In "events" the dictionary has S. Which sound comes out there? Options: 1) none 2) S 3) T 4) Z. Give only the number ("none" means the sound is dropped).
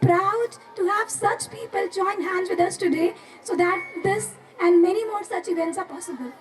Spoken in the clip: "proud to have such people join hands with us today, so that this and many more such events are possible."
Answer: 2